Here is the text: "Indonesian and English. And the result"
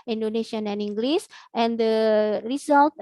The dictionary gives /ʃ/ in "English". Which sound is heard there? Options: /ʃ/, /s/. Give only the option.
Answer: /s/